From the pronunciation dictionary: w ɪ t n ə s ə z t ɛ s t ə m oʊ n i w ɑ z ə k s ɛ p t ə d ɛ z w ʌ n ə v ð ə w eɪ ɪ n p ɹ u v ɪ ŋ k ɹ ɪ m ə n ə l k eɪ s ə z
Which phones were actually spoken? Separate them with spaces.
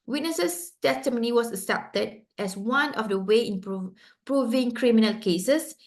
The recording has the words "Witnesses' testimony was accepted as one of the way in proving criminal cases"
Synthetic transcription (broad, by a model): w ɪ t n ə s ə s t ɛ s t ə m oʊ n i w ɑ s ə s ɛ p t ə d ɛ s w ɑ n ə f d ə w eɪ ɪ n p ɹ u v ɪ ŋ k ɹ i m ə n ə l k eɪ s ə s